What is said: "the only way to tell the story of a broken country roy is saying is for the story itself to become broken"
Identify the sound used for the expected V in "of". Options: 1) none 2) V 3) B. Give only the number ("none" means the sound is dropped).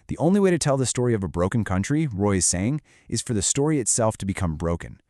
2